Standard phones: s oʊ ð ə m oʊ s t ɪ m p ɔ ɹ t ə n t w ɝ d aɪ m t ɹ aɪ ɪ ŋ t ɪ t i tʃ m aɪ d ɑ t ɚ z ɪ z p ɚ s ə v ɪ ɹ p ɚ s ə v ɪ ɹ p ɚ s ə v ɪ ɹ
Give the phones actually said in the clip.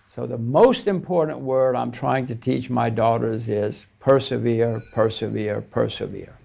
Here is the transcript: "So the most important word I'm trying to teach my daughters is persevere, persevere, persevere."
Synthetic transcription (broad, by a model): s oʊ ð ə m oʊ s t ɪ m p ɔ ɹ t n t w ɝ d aɪ m t ɹ aɪ ɪ ŋ t ɪ t i tʃ m aɪ d ɑ t ɚ z ɪ z p ɚ s ə v ɪ ɹ p ɚ s ə v ɪ ɹ p ɚ s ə v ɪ ɹ